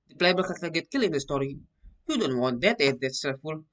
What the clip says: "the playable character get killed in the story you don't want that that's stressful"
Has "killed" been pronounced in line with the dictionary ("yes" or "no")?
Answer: no